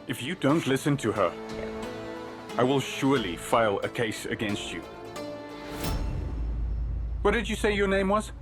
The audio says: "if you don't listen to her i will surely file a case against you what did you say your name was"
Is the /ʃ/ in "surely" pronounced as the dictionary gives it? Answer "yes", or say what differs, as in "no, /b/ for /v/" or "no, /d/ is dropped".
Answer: yes